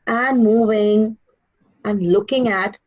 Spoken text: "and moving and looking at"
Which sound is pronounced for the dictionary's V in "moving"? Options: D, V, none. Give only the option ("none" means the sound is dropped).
V